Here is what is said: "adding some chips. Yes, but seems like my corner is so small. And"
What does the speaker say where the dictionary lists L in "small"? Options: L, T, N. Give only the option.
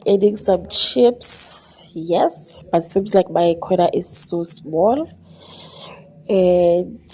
L